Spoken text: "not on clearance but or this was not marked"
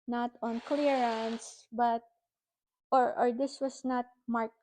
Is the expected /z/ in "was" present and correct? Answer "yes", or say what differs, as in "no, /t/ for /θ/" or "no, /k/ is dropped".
no, /s/ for /z/